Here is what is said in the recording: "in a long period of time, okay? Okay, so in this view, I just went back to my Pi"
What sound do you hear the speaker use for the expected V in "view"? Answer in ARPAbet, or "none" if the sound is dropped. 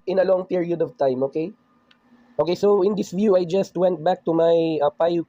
V